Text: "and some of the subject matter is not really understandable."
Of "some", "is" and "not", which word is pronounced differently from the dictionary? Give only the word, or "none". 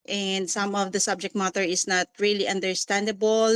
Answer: is